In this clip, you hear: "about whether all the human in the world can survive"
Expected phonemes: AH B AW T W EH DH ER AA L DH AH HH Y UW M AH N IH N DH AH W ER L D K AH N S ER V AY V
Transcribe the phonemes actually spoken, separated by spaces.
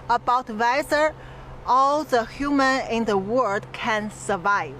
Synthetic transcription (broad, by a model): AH B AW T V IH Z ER AA L DH AH HH Y UW M AH N IH N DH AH W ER D K AH N S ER V AY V